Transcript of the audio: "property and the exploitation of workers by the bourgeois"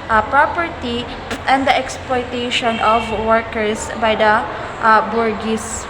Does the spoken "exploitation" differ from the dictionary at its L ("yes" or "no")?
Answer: no